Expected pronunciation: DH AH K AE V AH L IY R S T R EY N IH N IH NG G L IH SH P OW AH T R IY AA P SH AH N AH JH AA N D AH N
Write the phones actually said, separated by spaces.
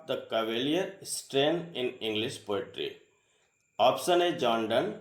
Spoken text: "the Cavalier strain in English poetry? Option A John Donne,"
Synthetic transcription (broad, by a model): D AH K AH V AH L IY R S T R EY N IH N IH NG G L IH SH P OW AH T R IY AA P S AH N AH JH AA N D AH N